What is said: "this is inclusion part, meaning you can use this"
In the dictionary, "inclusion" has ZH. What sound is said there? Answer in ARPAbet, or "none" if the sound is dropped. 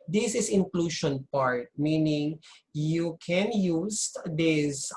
SH